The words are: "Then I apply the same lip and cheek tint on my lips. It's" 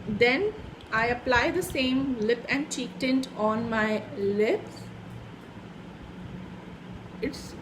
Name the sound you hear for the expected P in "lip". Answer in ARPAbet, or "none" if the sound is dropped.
P